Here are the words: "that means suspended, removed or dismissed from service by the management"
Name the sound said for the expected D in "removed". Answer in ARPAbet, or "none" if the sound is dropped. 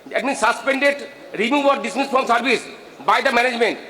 none